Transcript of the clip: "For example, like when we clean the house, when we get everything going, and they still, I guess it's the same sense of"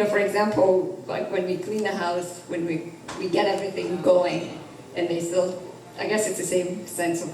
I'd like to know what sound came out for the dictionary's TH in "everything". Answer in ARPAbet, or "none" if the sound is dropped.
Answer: TH